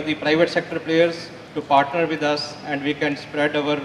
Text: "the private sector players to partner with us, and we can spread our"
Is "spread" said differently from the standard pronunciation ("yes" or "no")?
no